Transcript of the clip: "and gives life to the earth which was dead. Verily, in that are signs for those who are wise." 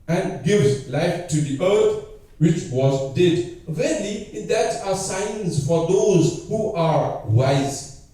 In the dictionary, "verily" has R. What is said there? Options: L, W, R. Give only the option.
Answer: L